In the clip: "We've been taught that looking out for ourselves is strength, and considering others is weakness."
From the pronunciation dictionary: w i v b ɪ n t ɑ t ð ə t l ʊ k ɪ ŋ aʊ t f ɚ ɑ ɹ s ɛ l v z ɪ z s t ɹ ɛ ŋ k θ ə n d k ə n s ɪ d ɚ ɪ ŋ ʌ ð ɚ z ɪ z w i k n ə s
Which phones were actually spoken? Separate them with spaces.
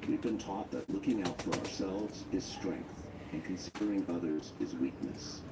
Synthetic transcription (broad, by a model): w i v b ɪ n t ɑ t ð ə t l ʊ k ɪ ŋ aʊ t f ɚ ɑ ɹ s ɛ l v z ɪ z s t ɹ ɛ ŋ k θ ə n k ə n s ɪ d ɚ ɪ ŋ ʌ ð ɚ z ɪ z w i k n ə s